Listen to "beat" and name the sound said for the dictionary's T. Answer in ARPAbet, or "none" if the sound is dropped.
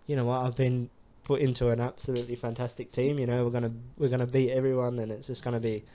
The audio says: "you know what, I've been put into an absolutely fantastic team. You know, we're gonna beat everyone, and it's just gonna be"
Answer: none